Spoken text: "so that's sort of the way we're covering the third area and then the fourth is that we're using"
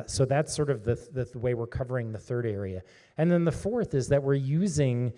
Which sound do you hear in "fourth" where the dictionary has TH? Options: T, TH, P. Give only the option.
TH